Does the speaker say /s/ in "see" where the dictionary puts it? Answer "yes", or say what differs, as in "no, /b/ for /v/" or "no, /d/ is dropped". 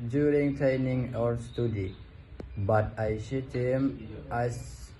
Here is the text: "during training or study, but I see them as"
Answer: no, /ʃ/ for /s/